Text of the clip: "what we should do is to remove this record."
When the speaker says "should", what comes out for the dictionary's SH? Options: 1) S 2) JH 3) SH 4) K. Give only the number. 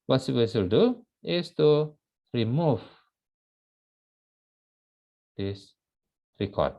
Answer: 1